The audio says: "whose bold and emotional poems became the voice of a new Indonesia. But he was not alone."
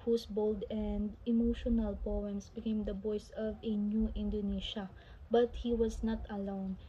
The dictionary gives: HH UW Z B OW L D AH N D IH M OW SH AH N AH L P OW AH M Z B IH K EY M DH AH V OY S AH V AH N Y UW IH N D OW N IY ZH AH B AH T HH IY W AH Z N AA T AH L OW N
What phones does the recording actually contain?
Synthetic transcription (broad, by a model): HH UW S B OW L D AH N D IH M OW SH AH N AH L P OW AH M S B IH K EY M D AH B OY S AH V AH N Y UW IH N D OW N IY SH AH B AH T HH IY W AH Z N AA T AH L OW N